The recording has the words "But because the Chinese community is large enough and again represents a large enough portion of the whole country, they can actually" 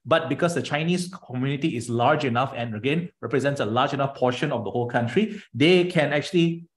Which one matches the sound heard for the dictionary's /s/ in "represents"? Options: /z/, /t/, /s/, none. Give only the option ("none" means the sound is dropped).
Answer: /s/